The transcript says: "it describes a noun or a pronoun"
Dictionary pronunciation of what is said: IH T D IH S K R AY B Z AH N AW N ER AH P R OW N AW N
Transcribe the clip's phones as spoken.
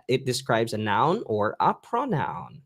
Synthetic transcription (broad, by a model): IH T D IH S K R AY B Z AH N AW N ER AH P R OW N AW N